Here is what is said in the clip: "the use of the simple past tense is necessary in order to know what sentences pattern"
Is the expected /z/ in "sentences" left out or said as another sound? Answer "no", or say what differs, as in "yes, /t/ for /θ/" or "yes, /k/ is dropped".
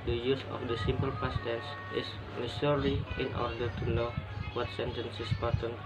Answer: yes, /s/ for /z/